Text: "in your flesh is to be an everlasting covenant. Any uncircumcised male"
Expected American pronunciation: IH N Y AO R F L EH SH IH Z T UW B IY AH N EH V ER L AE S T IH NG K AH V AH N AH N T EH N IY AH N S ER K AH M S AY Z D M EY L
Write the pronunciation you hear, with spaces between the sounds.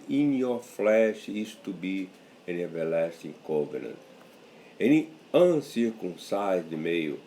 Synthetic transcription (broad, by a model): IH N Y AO F L EH SH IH S T UW B IY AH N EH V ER L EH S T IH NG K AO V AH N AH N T EH N IY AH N S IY K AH S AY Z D M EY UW